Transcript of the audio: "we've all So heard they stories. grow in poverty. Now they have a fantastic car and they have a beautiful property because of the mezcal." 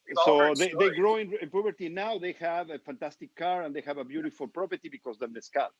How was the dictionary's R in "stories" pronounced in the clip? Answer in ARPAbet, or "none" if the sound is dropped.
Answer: none